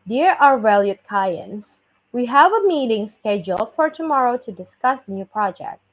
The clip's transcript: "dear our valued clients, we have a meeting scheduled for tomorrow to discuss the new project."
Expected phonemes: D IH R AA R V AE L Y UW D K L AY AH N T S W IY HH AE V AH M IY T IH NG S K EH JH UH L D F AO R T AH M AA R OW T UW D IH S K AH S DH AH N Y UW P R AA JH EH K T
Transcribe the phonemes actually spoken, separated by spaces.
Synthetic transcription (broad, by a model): D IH R AA R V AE L Y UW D K AY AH N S W IY HH AE V AH M IY T IH NG S K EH JH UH L F AO R T AH M AA R OW T UW D IH S K AH S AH N Y UW P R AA JH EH K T